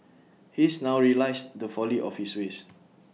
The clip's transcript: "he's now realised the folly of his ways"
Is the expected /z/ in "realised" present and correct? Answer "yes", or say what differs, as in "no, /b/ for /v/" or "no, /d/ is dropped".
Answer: no, /s/ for /z/